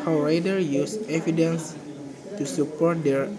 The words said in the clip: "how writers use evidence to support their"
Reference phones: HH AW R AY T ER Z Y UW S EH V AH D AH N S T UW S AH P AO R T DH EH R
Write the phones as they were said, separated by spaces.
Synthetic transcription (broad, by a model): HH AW R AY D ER Y UW S EH V AH D AH N S T UW S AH P AO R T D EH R